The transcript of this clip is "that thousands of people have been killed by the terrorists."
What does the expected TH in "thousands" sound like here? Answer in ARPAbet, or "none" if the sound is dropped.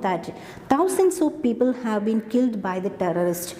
T